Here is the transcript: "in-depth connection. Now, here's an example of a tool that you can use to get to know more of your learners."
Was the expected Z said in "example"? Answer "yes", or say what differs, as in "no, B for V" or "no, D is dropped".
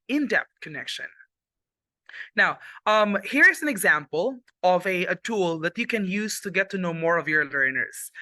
yes